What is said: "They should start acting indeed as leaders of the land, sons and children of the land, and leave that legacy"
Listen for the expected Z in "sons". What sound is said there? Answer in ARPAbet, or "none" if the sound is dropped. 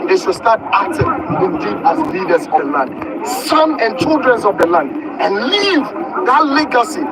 none